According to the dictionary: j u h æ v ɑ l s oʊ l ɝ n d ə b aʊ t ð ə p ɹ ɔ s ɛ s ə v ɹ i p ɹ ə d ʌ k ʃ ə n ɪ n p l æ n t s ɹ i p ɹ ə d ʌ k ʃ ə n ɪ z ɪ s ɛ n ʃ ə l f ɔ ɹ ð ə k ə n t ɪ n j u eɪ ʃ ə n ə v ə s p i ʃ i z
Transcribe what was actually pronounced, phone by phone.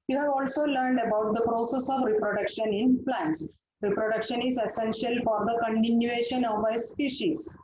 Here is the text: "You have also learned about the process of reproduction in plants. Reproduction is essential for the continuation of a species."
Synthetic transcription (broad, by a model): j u h æ v ɑ l s oʊ l ɝ n d ə b aʊ t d ə p ɹ ɔ s ɛ s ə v ɹ i p ɹ ə d ʌ k ʃ ə n ɪ n p l æ n t s ɹ i p ɹ ə d ʌ k ʃ ə n ɪ z ɪ s ɛ n ʃ ə l f ɔ ɹ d ə k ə n t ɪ n j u eɪ ʃ ə n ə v ə s p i ʃ i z